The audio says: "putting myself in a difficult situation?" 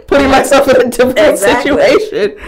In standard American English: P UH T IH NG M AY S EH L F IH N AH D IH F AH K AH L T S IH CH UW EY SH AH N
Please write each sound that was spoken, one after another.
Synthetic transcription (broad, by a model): P UH T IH NG M AY S EH L F IH N AH D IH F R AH N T S IH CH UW EY SH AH N